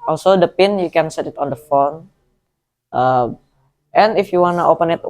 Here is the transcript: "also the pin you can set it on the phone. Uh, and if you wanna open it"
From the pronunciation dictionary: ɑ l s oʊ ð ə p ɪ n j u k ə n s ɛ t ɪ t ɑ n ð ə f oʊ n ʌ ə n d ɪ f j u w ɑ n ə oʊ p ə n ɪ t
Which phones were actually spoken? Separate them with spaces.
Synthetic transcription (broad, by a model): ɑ l s oʊ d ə p ɪ n j u k ə n s ɛ t ɪ t ɑ n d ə f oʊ n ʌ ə n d ɪ f j u w ɑ n ə oʊ p ə n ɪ t